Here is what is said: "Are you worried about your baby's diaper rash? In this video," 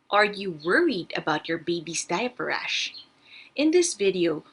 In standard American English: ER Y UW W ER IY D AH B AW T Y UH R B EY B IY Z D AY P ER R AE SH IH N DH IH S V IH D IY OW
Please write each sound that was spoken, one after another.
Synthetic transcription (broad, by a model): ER Y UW W ER IY D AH B AW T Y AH R B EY B IY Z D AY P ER R AE SH IH N DH IH S V IH D IY OW